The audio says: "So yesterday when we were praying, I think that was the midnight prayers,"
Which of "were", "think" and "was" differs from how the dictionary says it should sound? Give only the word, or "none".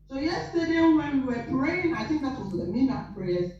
none